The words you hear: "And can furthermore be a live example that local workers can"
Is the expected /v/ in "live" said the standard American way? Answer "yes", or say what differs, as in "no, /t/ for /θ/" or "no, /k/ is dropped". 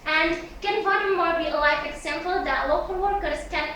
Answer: no, /f/ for /v/